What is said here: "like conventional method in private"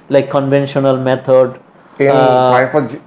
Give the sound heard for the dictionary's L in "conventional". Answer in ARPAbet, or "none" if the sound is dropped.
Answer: L